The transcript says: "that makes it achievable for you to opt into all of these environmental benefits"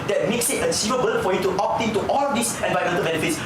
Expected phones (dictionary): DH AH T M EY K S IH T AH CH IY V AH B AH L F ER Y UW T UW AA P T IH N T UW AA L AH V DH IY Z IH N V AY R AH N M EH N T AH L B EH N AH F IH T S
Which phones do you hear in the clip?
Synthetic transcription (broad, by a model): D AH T M EY K S IH T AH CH IY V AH B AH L F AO Y UW T UW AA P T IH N T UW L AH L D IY S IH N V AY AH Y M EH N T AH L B EH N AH F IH T S